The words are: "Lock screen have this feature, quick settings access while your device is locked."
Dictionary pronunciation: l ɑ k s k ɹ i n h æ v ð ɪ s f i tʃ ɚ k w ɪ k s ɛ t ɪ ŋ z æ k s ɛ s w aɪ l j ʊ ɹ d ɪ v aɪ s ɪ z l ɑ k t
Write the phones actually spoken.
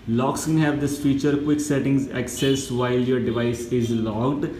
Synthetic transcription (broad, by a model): l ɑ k s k ɛ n h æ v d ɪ s f i tʃ ɚ k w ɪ k s ɛ t ɪ ŋ z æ k s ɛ s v aɪ l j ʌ ɹ d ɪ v aɪ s ɪ z l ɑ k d